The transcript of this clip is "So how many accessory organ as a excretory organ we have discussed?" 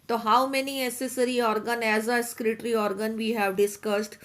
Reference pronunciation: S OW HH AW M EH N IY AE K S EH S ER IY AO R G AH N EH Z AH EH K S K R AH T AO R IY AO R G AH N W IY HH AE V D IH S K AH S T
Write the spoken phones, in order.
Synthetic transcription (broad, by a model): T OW HH AW M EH N IY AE S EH S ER IY AO R G AH N EH Z AH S K R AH T R IY AO R G AH N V IY HH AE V D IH S K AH S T